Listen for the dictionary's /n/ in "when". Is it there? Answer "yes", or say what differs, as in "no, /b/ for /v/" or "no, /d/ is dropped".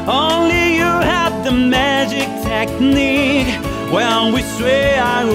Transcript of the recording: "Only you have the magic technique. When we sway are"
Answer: no, /l/ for /n/